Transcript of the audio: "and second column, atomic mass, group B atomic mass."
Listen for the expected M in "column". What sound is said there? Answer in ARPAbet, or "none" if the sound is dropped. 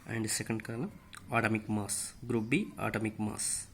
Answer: M